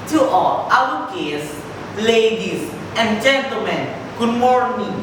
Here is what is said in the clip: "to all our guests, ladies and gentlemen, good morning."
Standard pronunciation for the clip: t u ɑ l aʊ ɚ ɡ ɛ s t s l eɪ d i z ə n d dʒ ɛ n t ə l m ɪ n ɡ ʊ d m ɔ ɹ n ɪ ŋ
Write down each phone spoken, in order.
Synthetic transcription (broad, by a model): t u ɑ l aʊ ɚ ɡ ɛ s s l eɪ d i s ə n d dʒ ɛ n t ə l m ɪ n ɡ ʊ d m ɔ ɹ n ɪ